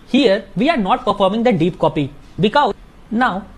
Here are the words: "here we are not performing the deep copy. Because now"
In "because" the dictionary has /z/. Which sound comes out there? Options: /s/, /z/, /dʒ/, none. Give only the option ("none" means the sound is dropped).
none